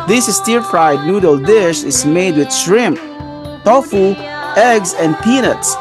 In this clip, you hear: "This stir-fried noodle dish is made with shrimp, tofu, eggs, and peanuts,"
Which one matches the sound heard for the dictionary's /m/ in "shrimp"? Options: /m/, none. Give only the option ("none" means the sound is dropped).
/m/